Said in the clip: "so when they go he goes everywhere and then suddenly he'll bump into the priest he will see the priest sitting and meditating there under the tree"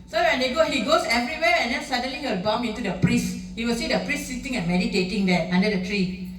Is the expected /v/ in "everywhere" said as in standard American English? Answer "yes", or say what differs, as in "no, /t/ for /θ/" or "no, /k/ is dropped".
yes